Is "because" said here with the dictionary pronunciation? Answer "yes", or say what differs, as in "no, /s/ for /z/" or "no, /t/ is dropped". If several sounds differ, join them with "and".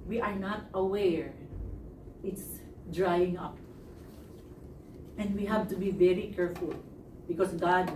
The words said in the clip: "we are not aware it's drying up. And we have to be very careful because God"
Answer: no, /s/ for /z/